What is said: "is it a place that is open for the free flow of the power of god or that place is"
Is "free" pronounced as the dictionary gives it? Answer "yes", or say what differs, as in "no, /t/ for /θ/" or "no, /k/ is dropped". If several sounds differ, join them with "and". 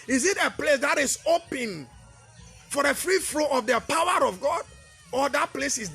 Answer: yes